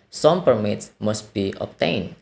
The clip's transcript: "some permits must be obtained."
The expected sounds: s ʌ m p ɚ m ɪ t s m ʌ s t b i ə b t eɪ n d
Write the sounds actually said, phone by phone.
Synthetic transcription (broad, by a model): s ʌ m p ɚ m ɪ t s m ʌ s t b i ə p t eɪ n